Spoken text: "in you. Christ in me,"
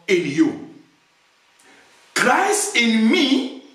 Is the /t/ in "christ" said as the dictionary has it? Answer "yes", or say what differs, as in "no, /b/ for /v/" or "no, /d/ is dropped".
no, /t/ is dropped